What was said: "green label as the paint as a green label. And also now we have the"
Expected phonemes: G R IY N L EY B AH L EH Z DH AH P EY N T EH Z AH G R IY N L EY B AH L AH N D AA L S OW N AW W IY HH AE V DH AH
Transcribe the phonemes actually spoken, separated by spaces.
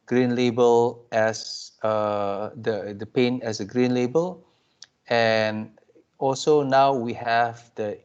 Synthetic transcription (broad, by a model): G R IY N L EY B AH L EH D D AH P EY N EH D AH G R IY N L EY B AH L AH N AA L S OW N AW W IY HH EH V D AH